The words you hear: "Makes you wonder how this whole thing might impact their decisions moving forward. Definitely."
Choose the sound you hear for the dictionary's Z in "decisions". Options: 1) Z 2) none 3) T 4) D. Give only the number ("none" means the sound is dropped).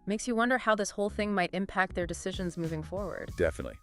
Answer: 1